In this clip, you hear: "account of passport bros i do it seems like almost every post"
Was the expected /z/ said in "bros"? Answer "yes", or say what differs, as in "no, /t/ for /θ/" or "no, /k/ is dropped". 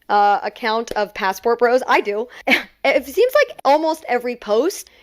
yes